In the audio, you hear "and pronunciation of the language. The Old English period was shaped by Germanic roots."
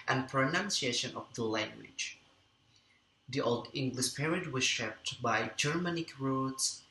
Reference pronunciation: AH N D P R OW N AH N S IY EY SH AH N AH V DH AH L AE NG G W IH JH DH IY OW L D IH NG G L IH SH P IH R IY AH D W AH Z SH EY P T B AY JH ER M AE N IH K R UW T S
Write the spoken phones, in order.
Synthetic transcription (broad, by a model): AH N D P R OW N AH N S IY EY SH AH N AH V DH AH L AE NG G W IH JH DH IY OW L D IH NG G L IH SH P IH R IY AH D W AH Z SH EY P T B AY JH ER M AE N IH K R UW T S